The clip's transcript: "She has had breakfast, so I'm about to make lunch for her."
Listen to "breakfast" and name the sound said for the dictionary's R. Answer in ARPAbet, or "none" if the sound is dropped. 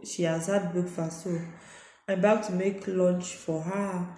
none